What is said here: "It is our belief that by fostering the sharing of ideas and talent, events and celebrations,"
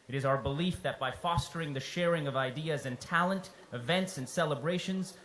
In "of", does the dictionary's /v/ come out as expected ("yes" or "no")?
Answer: yes